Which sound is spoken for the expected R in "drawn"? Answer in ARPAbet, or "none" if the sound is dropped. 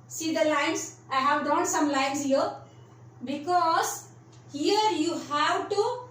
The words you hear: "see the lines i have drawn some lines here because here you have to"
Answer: none